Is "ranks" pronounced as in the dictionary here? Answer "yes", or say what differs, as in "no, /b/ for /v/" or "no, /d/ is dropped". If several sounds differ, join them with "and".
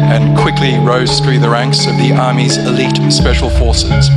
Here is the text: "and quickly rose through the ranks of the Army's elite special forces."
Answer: yes